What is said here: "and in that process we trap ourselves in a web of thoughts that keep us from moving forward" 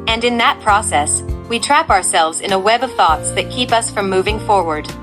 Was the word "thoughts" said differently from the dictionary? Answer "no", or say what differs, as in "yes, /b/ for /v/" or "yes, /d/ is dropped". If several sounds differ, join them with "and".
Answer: no